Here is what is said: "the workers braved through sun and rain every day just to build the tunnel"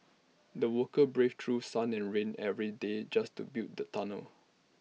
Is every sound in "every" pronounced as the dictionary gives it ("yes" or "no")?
yes